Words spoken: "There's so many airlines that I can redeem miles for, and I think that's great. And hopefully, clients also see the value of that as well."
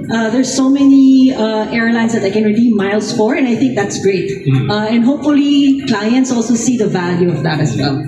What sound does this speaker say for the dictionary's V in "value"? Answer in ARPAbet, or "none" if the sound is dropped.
V